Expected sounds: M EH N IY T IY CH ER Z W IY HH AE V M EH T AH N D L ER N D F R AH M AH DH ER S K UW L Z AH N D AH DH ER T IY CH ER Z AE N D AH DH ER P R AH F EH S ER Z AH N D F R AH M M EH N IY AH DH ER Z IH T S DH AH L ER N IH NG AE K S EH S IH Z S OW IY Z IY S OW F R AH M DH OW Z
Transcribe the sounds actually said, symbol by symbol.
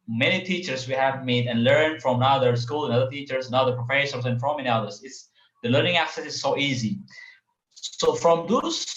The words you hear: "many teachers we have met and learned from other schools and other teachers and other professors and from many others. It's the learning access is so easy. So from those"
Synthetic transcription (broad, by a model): M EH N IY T IY CH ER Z W IY HH AE V M EH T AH N L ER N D F R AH M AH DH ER S K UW L AH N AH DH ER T IY CH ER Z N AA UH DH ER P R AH F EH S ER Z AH N F R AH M M EH N IY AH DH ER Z IH T S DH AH L ER N IH NG AE K S EH S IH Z S OW IY Z IY S OW F R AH M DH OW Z